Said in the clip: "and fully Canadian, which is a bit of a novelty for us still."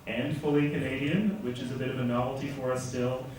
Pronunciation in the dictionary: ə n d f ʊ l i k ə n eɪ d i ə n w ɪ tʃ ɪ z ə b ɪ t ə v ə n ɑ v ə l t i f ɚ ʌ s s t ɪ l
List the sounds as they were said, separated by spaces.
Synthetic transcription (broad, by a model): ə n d f ʊ l i k ə n eɪ d i ə n w ɪ tʃ ɪ z ə b ɪ t ə v ə n ɑ v l t i f ɚ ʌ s s t ɪ l